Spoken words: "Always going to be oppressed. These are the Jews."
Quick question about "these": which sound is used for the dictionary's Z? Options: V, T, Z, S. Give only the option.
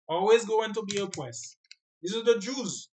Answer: S